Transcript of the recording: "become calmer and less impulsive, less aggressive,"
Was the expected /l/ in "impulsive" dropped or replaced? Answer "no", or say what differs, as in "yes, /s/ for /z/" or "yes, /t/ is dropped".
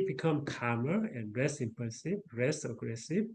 yes, /l/ is dropped